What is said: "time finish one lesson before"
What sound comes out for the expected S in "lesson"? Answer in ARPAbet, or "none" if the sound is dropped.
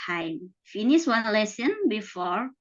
S